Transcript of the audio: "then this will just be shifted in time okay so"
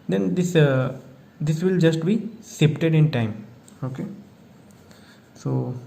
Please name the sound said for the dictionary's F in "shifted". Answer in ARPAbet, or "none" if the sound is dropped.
P